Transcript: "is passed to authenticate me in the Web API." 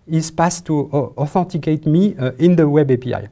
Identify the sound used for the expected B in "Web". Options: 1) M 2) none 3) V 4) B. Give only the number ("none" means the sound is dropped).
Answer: 4